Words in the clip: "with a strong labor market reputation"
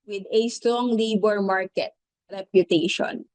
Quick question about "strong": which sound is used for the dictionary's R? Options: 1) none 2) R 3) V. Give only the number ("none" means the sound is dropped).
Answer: 2